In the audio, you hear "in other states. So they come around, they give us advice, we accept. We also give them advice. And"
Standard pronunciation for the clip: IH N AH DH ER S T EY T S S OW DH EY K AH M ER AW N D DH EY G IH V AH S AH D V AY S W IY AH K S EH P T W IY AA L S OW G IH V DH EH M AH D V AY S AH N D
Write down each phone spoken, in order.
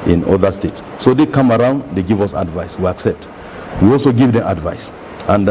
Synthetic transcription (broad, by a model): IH N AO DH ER S T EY T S S OW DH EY K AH M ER AW N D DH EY G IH V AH S AH D V AY S W IY AH K S EH P T W IY AA L S OW G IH V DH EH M AH D V AY S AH N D